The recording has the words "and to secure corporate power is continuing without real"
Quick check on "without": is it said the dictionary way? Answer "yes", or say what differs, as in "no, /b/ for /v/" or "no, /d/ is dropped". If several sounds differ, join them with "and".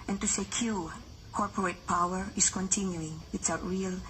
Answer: no, /s/ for /θ/